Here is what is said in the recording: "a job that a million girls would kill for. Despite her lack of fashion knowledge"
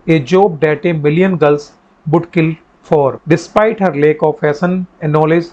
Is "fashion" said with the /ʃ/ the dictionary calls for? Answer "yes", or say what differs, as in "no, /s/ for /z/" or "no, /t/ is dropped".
no, /s/ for /ʃ/